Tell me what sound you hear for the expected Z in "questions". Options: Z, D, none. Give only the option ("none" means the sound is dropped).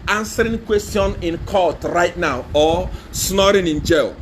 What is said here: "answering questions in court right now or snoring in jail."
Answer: none